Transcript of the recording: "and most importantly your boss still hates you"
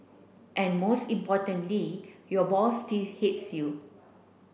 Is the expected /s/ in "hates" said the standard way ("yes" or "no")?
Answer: yes